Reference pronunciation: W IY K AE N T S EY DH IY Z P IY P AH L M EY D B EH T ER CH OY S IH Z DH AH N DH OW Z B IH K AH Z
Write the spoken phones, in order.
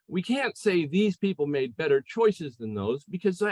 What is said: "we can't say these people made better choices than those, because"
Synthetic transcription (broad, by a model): W IY K AE N T S EY DH IY Z P IY P L M EY D B EH T ER CH OY S IH Z DH AH N DH OW Z B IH K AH Z